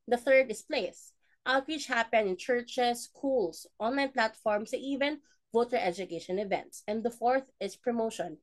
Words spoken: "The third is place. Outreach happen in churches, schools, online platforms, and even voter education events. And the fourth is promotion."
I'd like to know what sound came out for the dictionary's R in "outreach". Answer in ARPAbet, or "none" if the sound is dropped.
W